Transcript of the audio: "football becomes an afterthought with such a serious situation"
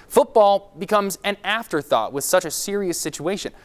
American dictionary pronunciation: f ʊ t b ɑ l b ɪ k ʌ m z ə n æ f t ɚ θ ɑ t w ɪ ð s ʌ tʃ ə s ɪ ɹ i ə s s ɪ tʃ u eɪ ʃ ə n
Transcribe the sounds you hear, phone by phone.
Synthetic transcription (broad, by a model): f ʊ t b ɑ l b ɪ k ʌ m z ə n æ f t ɚ θ ɑ t w ɪ ð s ʌ tʃ ə s ɪ ɹ i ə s s ɪ tʃ u eɪ ʃ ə n